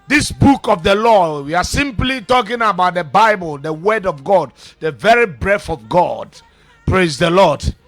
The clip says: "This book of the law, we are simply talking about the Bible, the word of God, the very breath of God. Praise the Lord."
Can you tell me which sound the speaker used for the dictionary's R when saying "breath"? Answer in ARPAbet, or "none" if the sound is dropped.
R